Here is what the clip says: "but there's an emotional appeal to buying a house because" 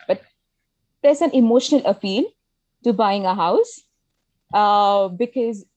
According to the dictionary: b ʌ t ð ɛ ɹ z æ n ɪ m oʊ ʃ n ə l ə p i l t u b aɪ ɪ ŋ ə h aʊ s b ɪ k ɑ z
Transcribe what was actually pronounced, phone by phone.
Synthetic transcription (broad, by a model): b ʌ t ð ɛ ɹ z æ n ɪ m oʊ ʃ n ə l ə p i l t u b aɪ ɪ ŋ ə h aʊ s b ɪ k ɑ z